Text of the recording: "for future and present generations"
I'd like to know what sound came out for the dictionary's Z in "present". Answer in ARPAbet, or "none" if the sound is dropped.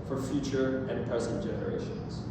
S